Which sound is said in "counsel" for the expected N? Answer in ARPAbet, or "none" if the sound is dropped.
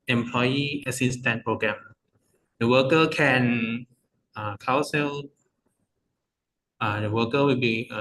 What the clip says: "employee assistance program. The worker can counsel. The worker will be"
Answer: none